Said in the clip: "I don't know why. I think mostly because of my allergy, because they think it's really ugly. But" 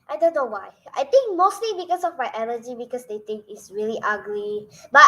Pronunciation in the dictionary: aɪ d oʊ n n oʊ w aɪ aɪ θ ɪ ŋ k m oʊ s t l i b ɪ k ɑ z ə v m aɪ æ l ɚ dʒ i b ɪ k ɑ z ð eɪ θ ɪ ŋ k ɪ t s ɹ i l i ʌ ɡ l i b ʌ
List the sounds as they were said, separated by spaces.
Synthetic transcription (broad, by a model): aɪ d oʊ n n oʊ w aɪ aɪ t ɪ ŋ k m oʊ s t l i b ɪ k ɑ s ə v m aɪ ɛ n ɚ dʒ i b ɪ k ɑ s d eɪ t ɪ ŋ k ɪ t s ɹ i l i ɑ ɡ l i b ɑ